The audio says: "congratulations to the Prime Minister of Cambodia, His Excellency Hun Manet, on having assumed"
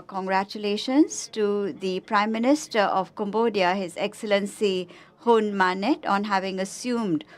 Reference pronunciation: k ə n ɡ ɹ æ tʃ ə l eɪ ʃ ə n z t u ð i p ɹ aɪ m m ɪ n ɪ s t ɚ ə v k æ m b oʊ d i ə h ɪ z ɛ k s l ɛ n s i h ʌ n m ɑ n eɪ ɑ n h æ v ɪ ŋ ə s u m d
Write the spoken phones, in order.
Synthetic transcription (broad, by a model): k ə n ɡ ɹ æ tʃ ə l eɪ ʃ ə n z t u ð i p ɹ aɪ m m ɪ n ɪ s t ɚ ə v k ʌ m b oʊ d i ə h ɪ z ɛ k s l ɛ n s i h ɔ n m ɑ n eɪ ɑ n h æ v ɪ ŋ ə s u m d